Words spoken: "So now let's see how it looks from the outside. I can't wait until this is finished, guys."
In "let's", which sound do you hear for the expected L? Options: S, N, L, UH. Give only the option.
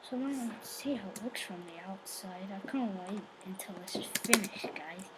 N